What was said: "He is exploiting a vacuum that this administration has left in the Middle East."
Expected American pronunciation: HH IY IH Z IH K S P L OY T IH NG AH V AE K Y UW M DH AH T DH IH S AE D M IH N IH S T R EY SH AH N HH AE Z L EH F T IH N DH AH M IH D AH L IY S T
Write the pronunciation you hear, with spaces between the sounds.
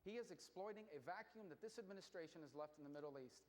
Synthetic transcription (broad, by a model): HH IY IH Z IH K S P L OY T IH NG AH V AE K Y UW M DH AH T DH IH S AE D M IH N IH S T R EY SH AH N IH Z L EH F T N DH AH M IH D L IY S T